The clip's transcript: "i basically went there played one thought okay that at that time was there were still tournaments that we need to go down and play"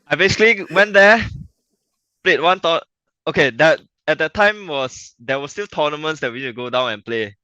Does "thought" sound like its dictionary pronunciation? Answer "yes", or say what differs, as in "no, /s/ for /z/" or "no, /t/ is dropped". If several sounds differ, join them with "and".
no, /t/ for /θ/ and /t/ is dropped